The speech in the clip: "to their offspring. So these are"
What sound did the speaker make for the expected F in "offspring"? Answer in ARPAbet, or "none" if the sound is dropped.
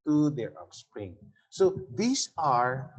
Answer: P